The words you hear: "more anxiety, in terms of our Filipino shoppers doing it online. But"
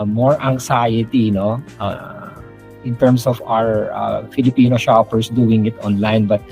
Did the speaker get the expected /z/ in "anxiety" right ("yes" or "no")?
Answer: no